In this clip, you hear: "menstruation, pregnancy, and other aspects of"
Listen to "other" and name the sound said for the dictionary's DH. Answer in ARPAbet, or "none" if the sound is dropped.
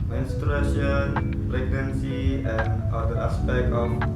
none